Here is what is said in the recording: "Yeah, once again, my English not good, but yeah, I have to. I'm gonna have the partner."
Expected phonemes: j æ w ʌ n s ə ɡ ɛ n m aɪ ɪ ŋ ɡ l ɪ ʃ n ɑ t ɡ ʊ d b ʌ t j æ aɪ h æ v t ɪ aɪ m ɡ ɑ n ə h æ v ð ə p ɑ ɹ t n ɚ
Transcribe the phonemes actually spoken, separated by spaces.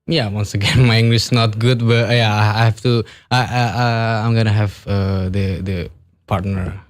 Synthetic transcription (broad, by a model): j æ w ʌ n s ə ɡ ɛ n m aɪ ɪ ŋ ɡ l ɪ s n ɑ t ɡ ʊ d b ʌ t j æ aɪ h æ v t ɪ aɪ m ɡ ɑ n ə h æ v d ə p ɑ ɹ t n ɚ